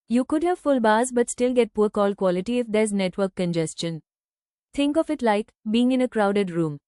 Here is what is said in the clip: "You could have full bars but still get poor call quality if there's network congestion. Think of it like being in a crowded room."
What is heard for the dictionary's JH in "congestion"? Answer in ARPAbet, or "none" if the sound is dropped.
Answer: JH